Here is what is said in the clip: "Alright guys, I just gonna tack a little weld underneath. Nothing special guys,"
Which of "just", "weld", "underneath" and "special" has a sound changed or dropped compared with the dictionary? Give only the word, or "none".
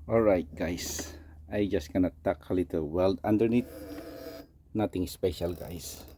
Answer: underneath